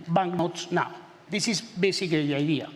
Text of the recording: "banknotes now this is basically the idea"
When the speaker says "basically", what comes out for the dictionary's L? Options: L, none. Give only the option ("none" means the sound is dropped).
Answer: none